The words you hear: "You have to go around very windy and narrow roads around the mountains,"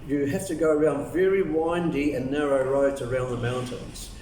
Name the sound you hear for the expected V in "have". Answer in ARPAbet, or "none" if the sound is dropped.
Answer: F